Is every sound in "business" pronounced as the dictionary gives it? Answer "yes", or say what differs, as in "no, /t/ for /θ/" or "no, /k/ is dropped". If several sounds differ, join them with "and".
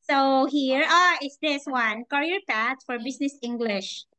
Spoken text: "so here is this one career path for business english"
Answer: no, /s/ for /z/